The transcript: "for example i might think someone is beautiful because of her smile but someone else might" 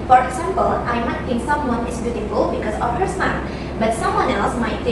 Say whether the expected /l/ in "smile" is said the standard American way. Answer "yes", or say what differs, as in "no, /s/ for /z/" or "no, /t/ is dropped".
no, /n/ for /l/